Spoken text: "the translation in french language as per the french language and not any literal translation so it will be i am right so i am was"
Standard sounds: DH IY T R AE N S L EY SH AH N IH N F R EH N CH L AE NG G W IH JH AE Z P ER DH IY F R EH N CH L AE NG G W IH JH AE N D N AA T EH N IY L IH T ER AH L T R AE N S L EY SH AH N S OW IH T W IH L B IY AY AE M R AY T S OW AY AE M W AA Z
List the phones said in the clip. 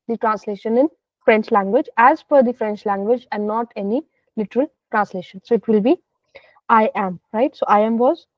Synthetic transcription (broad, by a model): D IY T R AE N S L EY SH AH N IH N F R EH N CH L AE NG G W IH JH AE Z F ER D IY F R EH N CH L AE NG G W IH JH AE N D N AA T EH N IY L IH T ER AH L T R AE N S L EY SH AH N S OW IH T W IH L B IY AY AE M R AY T S OW AY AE M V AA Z